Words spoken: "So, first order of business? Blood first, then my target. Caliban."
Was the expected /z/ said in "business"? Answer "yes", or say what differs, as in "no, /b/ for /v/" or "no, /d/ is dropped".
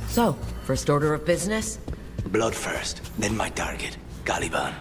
yes